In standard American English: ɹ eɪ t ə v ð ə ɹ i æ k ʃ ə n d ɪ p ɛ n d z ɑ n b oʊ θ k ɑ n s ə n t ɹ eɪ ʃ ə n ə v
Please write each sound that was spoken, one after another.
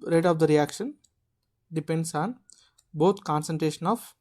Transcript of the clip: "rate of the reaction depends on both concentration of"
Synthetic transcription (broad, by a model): ɹ eɪ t ə v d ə ɹ i æ k ʃ ə n d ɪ p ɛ n d s ɑ n b oʊ t k ɑ n s ə n t ɹ eɪ ʃ ə n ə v